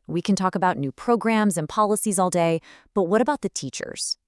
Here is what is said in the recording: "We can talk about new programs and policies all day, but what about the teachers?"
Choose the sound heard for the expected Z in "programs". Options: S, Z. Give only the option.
Z